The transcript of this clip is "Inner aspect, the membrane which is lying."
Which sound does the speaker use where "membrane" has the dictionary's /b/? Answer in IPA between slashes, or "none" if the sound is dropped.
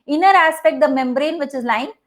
/b/